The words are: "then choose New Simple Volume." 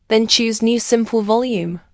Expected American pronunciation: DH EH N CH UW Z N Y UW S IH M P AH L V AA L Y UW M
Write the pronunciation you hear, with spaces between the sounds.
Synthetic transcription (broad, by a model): DH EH N CH UW Z N Y UW S IH M P AH L V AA L Y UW M